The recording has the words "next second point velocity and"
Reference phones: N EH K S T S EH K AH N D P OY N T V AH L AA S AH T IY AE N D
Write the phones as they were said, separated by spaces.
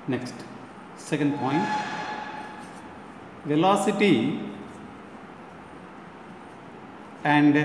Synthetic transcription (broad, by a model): N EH K S T S EH K AH N D P OY N T V AH L AA S AH T IY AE N D